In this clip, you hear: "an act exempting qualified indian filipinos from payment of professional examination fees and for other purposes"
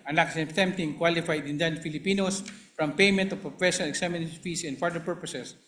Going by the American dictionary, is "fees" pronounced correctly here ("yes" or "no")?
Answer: no